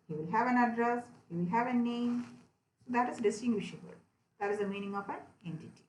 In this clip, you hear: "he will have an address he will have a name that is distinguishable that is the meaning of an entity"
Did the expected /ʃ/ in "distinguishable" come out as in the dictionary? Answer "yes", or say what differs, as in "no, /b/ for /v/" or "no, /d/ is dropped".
yes